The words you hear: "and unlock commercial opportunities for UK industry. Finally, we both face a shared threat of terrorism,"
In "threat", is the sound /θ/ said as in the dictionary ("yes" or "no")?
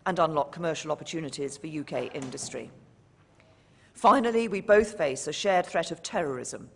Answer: yes